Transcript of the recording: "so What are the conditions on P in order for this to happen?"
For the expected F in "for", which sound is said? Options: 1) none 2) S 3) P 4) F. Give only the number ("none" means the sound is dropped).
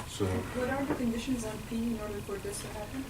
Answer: 3